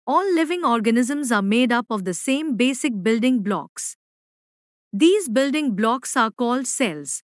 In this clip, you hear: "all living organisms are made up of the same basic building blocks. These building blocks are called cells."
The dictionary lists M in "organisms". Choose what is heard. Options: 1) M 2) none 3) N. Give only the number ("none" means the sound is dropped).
1